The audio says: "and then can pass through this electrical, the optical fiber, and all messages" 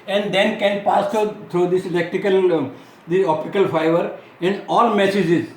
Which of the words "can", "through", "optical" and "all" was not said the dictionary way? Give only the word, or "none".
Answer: through